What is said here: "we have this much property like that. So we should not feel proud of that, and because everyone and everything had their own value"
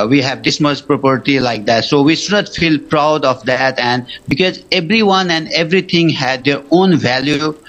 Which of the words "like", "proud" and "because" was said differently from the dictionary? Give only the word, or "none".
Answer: none